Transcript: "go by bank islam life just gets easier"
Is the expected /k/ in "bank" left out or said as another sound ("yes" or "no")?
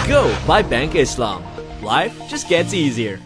no